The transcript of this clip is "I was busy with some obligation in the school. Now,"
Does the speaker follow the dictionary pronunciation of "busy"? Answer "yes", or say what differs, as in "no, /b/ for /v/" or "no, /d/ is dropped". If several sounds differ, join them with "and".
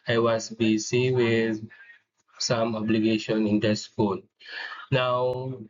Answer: no, /s/ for /z/